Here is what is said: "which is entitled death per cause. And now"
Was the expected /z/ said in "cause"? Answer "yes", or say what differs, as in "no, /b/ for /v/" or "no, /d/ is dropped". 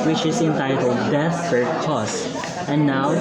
no, /s/ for /z/